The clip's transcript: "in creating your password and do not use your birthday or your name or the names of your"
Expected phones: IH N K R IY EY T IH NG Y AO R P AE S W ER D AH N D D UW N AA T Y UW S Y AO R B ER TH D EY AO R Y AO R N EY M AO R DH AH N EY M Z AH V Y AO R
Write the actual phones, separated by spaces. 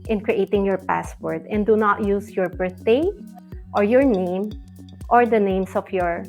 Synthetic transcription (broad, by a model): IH N K R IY EY T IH NG Y AO R P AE S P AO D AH N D D UW N AA T Y UW S Y AO R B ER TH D EY AO R Y AO R N EY M AO R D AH N EY M S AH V Y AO R